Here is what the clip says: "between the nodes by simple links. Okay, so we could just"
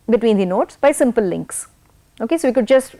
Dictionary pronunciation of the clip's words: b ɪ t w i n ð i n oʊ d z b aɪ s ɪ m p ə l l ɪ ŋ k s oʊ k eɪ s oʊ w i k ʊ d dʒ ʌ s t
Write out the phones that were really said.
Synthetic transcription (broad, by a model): b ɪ t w i n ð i n oʊ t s b aɪ s ɪ m p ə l l ɪ ŋ k s oʊ k eɪ s oʊ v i k ʊ d dʒ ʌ s t